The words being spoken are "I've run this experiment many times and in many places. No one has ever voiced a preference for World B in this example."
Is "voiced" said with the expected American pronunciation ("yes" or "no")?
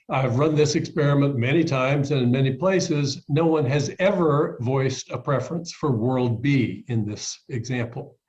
yes